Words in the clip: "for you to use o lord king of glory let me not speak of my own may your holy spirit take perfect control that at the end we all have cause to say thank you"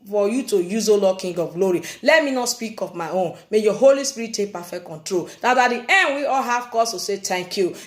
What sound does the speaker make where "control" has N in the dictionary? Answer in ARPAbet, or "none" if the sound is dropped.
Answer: N